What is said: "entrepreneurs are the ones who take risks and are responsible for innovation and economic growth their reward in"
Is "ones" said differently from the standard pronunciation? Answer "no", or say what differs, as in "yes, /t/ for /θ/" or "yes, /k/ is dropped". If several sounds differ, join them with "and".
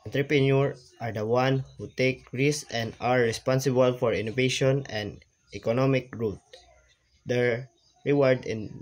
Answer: yes, /z/ is dropped